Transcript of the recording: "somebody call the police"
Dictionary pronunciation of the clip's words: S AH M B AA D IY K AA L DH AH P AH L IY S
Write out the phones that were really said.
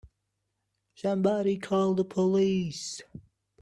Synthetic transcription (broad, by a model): SH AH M B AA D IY K AA L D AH P AH L IY S